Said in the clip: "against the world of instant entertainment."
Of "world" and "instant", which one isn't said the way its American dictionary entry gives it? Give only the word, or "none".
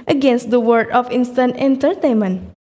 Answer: world